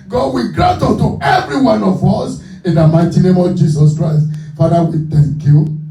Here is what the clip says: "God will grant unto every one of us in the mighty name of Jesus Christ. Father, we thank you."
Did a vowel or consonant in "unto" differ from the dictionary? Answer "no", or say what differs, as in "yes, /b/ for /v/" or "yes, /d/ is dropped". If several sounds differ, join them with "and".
yes, /n/ is dropped